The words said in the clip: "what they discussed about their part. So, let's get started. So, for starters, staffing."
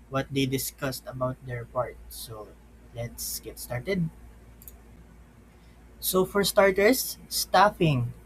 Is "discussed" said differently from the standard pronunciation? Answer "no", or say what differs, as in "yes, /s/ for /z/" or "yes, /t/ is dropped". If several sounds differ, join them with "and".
no